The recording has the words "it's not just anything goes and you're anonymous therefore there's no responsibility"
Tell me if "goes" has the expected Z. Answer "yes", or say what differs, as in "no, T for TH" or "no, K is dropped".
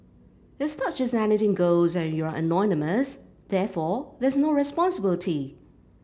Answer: yes